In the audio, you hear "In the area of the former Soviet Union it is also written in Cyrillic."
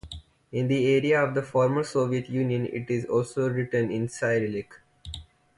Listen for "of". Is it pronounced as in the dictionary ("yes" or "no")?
yes